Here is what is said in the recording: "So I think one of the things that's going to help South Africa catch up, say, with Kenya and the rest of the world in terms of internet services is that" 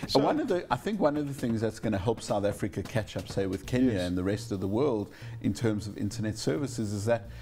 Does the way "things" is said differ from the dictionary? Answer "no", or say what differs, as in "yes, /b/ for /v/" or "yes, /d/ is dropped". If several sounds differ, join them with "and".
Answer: no